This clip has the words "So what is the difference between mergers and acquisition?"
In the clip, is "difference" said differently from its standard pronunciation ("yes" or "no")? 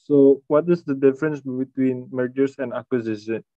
no